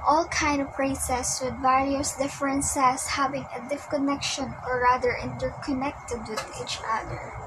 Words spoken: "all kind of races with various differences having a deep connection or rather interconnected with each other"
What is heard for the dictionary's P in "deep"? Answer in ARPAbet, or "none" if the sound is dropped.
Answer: F